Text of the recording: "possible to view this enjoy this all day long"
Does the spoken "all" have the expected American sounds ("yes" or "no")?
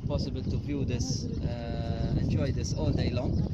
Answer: no